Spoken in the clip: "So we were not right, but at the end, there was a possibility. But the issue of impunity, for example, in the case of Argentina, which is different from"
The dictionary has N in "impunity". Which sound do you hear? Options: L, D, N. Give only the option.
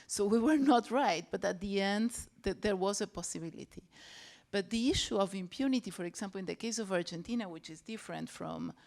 N